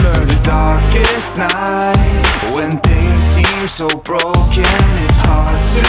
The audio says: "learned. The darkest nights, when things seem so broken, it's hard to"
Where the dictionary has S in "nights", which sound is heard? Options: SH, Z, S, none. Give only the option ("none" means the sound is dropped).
none